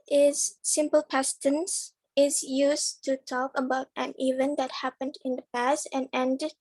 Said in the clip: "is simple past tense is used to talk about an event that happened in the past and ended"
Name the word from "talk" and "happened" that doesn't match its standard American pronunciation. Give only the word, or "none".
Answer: none